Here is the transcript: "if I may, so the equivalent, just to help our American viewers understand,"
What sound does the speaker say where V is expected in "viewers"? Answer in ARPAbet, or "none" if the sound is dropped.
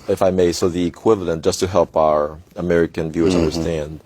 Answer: V